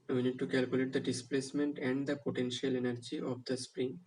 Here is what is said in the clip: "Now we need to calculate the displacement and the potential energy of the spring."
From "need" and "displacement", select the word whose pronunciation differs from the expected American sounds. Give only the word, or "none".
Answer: none